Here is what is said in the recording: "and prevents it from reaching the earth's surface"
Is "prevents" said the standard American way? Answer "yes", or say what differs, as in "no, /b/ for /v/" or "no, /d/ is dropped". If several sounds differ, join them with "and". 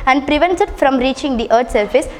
no, /s/ is dropped